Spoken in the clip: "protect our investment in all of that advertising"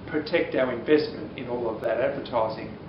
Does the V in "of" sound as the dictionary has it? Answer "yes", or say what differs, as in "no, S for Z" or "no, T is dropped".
yes